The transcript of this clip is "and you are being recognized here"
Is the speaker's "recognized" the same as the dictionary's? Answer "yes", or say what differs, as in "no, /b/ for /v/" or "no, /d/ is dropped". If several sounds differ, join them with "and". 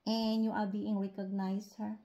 no, /s/ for /z/